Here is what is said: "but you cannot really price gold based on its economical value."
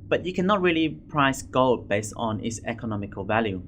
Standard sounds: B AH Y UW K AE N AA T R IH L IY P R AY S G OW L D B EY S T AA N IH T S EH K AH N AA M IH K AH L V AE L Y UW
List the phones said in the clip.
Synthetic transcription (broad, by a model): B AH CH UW K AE N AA T R IH L IY P R AY S G OW L D B EY S T N IH T S EH K AH N AA M IH K AH L V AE L Y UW